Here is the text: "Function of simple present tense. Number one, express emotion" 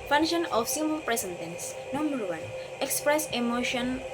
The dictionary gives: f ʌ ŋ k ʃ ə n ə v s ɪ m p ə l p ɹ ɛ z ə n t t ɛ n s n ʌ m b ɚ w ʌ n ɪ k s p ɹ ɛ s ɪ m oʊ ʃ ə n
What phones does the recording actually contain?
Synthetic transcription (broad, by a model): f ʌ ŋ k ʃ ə n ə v s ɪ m ə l p ɹ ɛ s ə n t t ɛ n s n ʌ m b ɚ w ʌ n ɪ k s p ɹ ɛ s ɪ m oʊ ʃ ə n